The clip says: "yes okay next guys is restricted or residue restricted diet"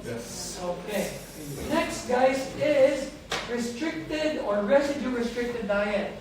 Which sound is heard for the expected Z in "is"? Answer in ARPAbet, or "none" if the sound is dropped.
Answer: Z